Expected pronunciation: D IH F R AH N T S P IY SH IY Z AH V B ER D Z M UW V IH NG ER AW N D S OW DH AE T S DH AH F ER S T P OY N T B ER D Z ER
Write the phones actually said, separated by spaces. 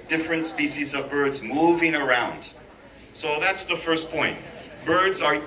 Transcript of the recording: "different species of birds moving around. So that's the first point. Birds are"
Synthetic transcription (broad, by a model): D IH F R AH N T S P IY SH IY Z AH V B ER D Z M UW V IH NG ER AW N D S OW DH AE T S DH AH F ER S P OY N T B ER D Z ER